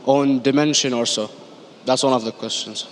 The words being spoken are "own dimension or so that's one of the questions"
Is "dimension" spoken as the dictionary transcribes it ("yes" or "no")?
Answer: yes